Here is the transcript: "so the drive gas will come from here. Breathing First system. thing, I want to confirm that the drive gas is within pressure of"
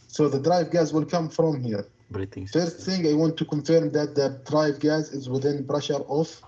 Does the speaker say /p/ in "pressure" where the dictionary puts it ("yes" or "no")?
no